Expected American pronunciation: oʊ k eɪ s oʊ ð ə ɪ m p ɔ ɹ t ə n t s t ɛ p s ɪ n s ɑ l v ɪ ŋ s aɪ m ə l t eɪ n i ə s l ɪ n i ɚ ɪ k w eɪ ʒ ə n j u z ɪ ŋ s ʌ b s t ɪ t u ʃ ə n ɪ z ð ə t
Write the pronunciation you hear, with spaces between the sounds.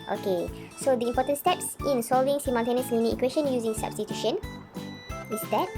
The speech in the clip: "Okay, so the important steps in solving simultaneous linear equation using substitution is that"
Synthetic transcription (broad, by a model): oʊ k eɪ s oʊ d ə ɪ m p ɔ t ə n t s t ɛ p s ɪ n s ɑ l v ɪ ŋ s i m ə n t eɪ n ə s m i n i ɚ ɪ k w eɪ ʃ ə n j u z ɪ ŋ s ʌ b s t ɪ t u ʃ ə n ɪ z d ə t